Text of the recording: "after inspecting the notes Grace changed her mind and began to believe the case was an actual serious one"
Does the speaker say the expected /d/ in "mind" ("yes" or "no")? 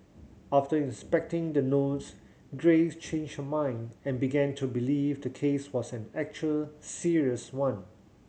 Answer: yes